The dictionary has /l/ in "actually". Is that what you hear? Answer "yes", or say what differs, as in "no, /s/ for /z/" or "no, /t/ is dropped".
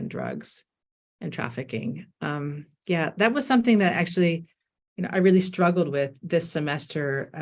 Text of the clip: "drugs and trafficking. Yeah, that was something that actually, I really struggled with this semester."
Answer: no, /n/ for /l/